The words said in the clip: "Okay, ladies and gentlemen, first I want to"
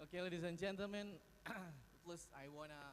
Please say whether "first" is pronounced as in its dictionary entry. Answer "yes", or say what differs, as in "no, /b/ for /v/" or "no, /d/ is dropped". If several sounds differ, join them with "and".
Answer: no, /t/ is dropped